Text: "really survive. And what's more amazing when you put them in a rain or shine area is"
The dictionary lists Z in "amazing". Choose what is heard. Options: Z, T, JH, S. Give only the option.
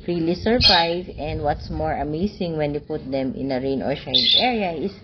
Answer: S